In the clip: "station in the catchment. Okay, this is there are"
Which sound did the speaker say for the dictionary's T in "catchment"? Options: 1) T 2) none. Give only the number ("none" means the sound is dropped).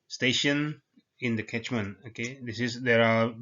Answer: 2